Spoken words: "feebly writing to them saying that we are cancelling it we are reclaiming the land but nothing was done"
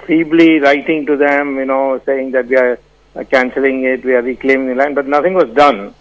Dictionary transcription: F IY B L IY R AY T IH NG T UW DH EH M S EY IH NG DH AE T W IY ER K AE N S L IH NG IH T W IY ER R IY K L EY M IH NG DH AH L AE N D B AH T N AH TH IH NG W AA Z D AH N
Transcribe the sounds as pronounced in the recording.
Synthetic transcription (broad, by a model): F IY B L IY R AY T IH NG T UW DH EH M S EY IH NG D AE T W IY ER K AE N S L IH NG IH T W IY ER R IY K L EY M IH NG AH L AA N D B AH T N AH T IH NG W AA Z D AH N